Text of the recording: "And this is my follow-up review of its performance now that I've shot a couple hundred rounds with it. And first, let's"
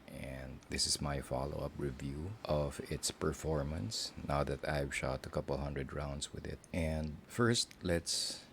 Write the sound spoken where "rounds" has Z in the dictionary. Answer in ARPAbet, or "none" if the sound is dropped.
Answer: S